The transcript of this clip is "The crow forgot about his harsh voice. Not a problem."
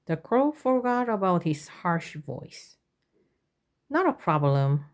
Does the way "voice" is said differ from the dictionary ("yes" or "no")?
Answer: no